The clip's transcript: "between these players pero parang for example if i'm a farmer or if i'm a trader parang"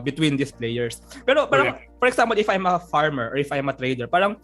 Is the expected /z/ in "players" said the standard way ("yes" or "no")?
no